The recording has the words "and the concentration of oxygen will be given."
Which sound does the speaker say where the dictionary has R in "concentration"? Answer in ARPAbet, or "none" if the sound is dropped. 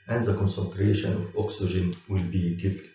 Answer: R